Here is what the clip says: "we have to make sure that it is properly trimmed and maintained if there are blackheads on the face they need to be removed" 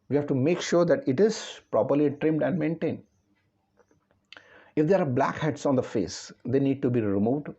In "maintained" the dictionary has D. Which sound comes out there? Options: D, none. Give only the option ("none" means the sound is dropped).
D